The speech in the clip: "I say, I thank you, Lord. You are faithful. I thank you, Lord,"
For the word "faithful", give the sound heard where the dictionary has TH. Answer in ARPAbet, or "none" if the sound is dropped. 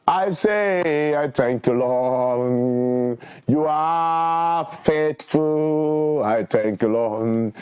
T